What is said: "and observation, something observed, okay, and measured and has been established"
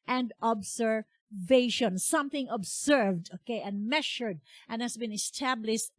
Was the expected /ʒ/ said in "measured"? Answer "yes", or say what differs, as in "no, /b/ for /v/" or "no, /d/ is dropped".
no, /ʃ/ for /ʒ/